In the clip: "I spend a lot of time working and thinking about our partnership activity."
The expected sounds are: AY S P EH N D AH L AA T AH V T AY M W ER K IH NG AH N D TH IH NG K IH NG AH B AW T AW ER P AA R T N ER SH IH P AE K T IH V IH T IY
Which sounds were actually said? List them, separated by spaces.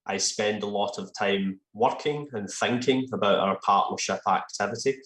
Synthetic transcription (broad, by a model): AY S P EH N D AH L AA T AH V T AY M W ER K IH NG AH N TH IH NG K IH NG AH B AW T AW ER P AA R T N ER SH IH P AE K T IH V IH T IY